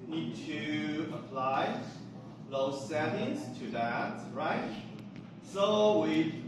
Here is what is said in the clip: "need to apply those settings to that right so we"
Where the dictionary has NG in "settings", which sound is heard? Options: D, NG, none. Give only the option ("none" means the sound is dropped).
none